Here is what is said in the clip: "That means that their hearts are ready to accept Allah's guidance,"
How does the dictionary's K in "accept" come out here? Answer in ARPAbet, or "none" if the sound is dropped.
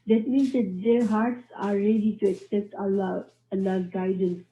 K